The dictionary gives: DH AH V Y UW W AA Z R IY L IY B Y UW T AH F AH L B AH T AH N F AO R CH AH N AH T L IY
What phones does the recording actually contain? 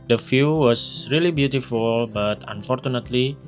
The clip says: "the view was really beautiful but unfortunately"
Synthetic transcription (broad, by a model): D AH F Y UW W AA S R IY L IY B Y UW T AH F AH L B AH T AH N F AO R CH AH N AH T L IY